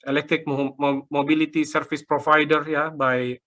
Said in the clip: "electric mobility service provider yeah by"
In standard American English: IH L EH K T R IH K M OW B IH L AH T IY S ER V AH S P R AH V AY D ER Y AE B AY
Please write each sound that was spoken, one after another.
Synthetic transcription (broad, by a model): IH L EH K T R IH K M OW B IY L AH T IY S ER F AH S P R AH F AY D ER Y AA B AY